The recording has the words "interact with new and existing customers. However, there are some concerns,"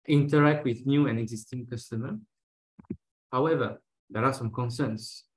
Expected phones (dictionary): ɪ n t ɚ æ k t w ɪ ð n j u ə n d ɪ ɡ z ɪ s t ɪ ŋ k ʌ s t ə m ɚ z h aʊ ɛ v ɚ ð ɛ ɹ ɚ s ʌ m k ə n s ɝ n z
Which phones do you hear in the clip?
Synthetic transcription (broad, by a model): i n t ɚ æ k t w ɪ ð n j u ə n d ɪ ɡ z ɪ s t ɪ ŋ k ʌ s t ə m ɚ h aʊ ɛ v ɚ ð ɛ ɹ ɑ s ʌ m k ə n s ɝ n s